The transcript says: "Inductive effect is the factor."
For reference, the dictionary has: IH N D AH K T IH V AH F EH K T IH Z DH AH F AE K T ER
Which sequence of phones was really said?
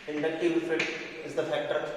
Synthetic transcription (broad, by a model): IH N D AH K T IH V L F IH T IH Z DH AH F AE K T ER